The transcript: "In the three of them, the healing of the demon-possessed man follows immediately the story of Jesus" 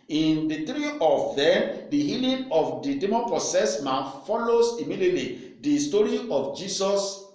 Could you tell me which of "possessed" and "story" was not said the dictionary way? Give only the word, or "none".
possessed